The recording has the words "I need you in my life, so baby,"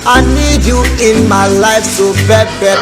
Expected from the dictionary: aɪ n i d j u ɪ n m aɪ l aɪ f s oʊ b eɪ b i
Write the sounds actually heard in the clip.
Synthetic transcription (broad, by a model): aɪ n i d j u ɪ n m aɪ l aɪ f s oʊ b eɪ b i